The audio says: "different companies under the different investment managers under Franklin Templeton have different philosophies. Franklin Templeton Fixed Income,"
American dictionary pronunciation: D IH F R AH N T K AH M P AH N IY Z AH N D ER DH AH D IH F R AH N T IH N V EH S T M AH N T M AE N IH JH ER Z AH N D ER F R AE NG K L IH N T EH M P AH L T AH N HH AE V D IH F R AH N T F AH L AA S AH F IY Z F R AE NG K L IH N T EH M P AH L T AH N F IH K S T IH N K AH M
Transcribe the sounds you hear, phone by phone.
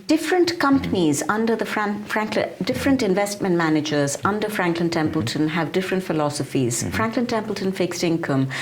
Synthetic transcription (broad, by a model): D IH F R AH N T K AH M P AH N IY Z AH N D ER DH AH D IH F R AH N T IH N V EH S T M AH N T M AE N IH JH ER Z AH N D ER F R AE NG K L IH N T EH M P AH L T AH N HH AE V D IH F R AH N T F AH L AA S AH F IY Z F R AE NG K L IH N T EH M P AH L T AH N F IH K S T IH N K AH M